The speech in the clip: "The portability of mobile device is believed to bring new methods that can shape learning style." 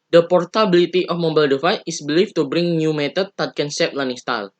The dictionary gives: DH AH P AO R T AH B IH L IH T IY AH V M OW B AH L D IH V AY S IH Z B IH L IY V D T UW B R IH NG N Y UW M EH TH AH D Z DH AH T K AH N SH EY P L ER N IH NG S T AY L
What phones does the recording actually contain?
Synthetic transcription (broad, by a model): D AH P AO R T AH B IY L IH T IY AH F M OW B AH L D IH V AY IH S B L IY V T UW B R IH NG N Y UW M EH T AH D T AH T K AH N S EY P L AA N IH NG S T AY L